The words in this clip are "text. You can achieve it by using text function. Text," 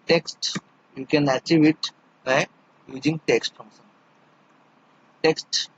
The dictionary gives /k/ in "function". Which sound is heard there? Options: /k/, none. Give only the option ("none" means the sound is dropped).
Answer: none